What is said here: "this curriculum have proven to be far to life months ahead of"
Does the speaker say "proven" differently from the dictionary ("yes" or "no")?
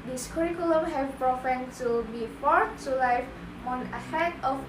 yes